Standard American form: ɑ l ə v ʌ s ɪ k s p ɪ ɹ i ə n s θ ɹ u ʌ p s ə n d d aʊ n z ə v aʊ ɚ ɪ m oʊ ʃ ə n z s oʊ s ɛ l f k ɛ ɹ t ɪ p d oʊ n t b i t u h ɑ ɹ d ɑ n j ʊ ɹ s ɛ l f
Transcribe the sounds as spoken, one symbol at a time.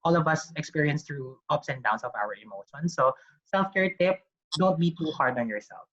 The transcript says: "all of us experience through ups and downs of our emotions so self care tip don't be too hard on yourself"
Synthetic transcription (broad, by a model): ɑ l ə v ʌ s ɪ k s p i ɹ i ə n s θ ɹ u ʌ p s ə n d d aʊ n s ə v aʊ ɚ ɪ m oʊ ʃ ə n s oʊ s ɛ l f k ɛ ɹ t ɪ p d oʊ n t b i t u h ɑ ɹ d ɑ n j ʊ ɹ s ɛ l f